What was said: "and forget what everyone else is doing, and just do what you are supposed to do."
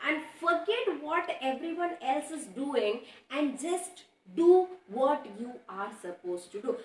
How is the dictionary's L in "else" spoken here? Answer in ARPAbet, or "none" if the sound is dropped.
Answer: L